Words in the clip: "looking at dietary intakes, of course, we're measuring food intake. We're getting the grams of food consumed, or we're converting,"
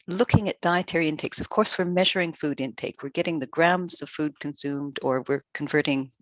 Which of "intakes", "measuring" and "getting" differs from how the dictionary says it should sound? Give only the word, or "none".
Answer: none